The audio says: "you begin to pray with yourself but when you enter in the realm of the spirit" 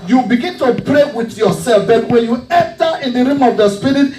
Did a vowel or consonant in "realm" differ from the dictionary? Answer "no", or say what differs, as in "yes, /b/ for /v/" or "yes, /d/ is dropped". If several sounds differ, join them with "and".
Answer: yes, /l/ is dropped